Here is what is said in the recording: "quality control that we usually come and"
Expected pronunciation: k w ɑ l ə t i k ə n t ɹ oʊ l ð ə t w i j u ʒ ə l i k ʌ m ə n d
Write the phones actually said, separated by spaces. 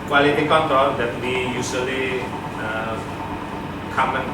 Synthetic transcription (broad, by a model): k w ɑ l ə t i k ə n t oʊ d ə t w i j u s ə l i k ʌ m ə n